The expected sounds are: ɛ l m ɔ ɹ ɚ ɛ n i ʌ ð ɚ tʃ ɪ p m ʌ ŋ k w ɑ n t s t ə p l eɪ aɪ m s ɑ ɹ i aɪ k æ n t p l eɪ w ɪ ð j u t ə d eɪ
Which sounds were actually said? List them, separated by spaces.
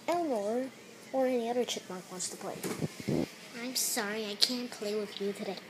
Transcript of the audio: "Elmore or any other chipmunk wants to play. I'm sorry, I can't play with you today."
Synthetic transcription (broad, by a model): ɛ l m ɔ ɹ ɚ ɛ n i ʌ ð ɚ tʃ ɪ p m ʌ k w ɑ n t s t ə p l eɪ aɪ m s ɑ ɹ i aɪ k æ n p l eɪ w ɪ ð j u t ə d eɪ